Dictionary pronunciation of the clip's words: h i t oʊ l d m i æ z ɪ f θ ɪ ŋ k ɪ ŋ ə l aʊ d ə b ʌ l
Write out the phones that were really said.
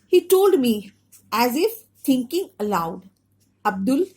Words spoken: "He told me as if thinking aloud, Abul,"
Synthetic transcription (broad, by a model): h i t oʊ l d m i æ z ɪ f t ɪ ŋ k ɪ ŋ ə l aʊ d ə b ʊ l